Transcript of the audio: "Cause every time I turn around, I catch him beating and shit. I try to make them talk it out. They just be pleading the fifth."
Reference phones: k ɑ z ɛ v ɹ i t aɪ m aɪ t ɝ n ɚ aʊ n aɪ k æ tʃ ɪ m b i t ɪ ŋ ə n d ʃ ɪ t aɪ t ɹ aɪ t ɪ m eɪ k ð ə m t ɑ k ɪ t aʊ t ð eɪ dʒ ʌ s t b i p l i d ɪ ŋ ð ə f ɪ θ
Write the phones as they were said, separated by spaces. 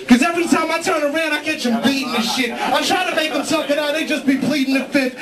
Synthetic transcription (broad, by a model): k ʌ z ɛ v ɹ i t aɪ m aɪ t ɝ n ɚ aʊ n aɪ k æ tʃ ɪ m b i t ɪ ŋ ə ʃ ɪ t aɪ t ɹ aɪ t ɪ m eɪ k ð ə m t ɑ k ɪ t aʊ t ð eɪ dʒ ʌ s b i p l i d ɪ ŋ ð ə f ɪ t